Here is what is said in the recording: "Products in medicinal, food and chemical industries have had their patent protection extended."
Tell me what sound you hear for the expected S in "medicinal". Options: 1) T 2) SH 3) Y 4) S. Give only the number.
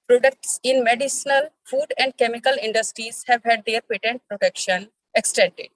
4